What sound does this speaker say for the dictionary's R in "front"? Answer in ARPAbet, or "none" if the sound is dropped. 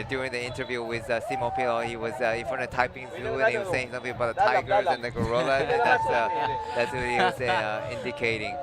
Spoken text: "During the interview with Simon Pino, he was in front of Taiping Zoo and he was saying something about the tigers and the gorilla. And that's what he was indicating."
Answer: none